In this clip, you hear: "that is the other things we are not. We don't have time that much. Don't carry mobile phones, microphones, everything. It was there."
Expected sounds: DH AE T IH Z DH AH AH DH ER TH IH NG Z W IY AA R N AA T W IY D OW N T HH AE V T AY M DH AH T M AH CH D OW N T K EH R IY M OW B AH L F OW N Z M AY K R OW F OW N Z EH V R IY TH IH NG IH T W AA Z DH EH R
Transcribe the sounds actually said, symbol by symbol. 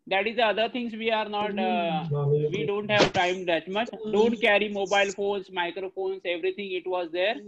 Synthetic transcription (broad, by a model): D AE T IH Z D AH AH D ER T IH NG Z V IY AA R N AA T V IY D OW N T HH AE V T AY M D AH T M AH CH D OW N T K EH R IY M OW B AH L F OW N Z M AY K R OW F OW N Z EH V R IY T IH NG IH T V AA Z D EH R